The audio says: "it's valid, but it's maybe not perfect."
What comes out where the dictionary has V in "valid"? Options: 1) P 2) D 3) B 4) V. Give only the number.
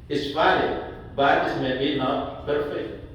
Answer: 1